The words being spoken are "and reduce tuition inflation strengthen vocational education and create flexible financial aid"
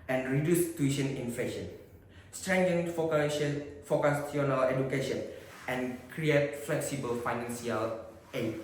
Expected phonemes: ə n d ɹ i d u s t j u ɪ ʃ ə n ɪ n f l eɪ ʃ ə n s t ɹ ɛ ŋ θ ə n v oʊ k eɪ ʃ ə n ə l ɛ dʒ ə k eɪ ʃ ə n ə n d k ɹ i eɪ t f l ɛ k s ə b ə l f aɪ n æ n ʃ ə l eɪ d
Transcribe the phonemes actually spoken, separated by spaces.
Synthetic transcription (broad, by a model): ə n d ɹ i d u s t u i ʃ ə n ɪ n f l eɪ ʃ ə n s t ɹ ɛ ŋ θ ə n f oʊ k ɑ s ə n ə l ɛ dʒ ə k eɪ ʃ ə n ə n k ɹ i eɪ t f l ɛ k s ə b ə l f aɪ n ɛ n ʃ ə l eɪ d